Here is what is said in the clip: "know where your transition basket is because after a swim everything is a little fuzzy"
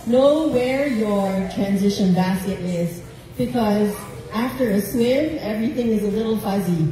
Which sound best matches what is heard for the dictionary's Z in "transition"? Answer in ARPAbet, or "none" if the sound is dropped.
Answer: Z